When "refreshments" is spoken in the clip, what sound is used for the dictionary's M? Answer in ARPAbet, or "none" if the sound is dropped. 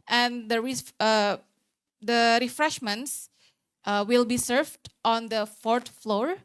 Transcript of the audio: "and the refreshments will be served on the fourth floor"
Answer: M